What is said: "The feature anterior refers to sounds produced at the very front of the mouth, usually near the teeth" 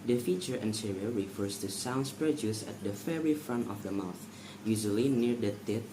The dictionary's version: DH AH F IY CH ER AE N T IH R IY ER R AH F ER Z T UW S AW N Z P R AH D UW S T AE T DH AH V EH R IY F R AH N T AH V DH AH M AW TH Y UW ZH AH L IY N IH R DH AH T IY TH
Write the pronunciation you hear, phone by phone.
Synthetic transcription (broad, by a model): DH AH F IY CH ER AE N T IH R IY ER R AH F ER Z T UW S AW N S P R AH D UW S AE T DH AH F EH R IY F R AH N T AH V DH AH M AW TH Y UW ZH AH L IY N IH R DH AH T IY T